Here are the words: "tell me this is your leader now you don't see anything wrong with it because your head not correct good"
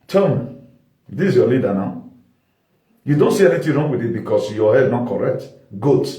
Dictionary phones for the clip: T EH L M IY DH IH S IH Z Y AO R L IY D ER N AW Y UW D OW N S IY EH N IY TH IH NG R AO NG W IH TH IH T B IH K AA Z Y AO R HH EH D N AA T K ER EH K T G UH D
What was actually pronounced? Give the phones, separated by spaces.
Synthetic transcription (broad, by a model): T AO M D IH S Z Y AO L IY D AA N AW Y UW D OW N S IY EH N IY T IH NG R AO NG W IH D IH T B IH K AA S Y AO HH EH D N AA T K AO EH K T G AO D